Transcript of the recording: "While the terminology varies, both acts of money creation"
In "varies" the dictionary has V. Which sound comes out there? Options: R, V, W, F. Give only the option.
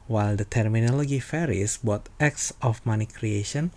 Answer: F